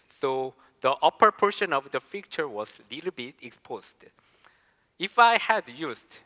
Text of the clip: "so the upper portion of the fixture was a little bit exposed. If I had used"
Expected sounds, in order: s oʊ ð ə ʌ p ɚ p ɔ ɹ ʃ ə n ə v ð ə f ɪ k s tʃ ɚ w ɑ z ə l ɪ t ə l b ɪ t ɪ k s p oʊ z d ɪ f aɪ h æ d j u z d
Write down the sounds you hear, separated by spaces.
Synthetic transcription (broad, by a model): s oʊ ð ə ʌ p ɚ p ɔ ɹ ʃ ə n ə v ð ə f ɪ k tʃ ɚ w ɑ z l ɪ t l b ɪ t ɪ k s p oʊ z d ɪ f aɪ h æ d j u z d